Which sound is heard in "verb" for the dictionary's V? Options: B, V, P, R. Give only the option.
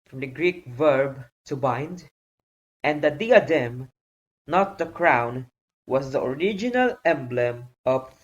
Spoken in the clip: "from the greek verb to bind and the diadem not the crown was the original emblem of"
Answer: V